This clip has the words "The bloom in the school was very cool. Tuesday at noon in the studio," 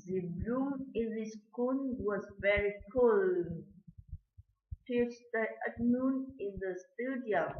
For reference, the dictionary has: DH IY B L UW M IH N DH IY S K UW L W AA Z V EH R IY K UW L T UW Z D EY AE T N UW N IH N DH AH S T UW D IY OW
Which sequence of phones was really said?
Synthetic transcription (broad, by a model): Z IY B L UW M IH N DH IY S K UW N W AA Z V EH R IY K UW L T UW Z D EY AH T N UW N IH N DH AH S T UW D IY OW